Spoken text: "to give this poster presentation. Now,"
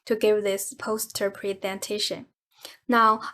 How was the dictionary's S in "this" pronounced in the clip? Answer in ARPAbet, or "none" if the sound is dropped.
S